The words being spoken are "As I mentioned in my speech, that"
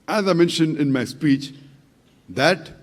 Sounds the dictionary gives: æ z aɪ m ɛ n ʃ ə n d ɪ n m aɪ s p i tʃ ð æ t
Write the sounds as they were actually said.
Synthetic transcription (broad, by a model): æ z aɪ m ɛ n ʃ ə n d ɪ n m aɪ s p i tʃ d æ t